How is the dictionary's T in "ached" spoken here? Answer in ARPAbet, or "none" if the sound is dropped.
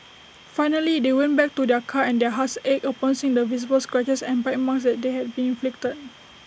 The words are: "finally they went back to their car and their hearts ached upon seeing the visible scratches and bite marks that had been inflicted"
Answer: none